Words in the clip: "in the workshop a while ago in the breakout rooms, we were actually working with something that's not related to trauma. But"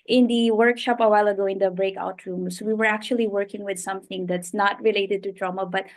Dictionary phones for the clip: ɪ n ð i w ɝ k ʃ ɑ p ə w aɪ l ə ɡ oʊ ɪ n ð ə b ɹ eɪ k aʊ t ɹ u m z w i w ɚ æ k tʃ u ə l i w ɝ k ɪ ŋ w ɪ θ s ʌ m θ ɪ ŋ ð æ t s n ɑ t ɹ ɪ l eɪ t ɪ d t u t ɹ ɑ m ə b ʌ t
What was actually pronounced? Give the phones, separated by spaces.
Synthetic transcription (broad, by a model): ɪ n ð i w ɝ k ʃ ɑ p ə w aɪ l ə ɡ oʊ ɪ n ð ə b ɹ eɪ k aʊ t ɹ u m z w i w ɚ æ k tʃ u ə l i w ɝ k ɪ ŋ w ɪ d s ʌ m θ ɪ ŋ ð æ t s n ɑ t ɹ ɪ l eɪ t ɪ d t u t ɹ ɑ m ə b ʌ t